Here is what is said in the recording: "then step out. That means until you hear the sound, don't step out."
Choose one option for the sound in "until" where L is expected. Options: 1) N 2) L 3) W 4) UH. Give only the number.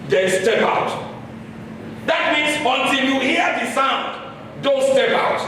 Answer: 1